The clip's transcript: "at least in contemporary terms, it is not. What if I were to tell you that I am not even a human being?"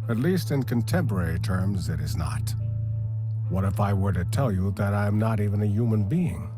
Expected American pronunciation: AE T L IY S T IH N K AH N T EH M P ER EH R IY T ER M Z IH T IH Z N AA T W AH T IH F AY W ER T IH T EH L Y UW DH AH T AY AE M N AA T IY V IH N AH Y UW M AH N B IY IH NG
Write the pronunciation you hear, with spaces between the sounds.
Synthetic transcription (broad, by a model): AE T L IY S T IH N K AH N T EH M P ER EH R IY T ER M Z IH T IH Z N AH T W AH T IH F AY W ER T IH T EH L Y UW DH AH T AY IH M N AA T IY V IH N AH Y UW M AH N B IY IH NG